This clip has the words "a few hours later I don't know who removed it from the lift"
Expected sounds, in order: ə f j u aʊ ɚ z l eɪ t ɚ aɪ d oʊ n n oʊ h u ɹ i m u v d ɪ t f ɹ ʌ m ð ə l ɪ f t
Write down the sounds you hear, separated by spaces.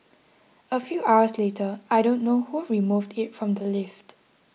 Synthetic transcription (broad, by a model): ə f j u aʊ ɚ s l eɪ t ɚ aɪ d oʊ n n oʊ h u ɹ i m u v d ɪ t f ɹ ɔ m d ə l ɪ f t